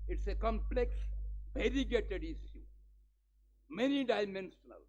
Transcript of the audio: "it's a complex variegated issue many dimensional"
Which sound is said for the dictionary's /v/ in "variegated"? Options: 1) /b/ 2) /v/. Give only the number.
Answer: 1